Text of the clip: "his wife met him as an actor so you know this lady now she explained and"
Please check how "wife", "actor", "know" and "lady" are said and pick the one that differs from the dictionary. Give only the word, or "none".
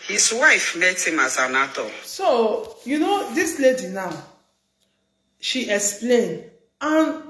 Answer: actor